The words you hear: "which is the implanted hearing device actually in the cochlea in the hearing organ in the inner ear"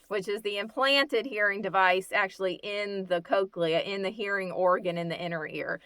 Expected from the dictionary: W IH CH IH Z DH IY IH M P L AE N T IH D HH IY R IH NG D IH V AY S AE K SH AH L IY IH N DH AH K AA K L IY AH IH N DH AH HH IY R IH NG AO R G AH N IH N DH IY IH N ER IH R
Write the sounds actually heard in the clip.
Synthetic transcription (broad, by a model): W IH CH IH Z DH IY IH M P L AE N T IH D HH IY R IH NG D IH V AY S AE K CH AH L IY IH N DH AH K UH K L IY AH IH N DH AH HH IY R IH NG AO R G AH N IH N DH IY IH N ER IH R